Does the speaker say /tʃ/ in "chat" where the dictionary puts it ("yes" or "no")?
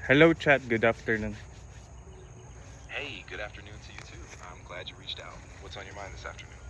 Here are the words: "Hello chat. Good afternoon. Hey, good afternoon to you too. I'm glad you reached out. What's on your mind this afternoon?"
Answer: yes